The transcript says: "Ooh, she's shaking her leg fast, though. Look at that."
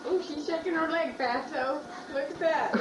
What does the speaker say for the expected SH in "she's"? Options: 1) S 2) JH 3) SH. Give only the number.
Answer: 3